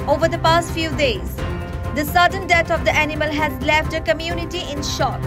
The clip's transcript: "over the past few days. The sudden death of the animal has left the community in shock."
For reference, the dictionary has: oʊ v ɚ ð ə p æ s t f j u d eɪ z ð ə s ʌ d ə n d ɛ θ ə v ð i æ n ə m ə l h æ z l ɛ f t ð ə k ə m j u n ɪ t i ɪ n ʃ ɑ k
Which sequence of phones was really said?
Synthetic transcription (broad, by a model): oʊ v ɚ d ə p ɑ s t f j u d eɪ z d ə s ʌ d ə n d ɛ t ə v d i æ n ə m ə l h æ z l ɛ f t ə k ə m j u n ɪ t i ɪ n ʃ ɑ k